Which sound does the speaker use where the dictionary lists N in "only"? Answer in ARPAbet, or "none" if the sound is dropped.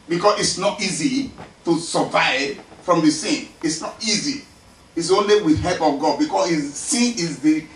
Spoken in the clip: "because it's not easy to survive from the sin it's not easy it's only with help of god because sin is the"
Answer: N